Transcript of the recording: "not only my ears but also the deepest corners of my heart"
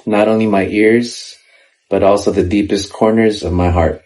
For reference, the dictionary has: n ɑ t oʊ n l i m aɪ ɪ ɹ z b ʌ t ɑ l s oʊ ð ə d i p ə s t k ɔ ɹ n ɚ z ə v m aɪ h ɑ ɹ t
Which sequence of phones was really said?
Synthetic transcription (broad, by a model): n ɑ t oʊ n l i m aɪ ɪ ɹ z b ʌ t ɑ l s oʊ ð ə d i p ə s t k ɔ ɹ n ɚ z ə v m aɪ h ɑ ɹ t